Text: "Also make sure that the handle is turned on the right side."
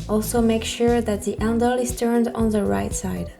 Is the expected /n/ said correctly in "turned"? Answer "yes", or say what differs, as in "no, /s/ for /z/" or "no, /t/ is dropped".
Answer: yes